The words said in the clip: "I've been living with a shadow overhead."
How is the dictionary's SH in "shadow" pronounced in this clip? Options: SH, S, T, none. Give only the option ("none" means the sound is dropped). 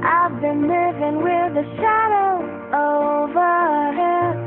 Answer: SH